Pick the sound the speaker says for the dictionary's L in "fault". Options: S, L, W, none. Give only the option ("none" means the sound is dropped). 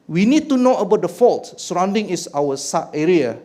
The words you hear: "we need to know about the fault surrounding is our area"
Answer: L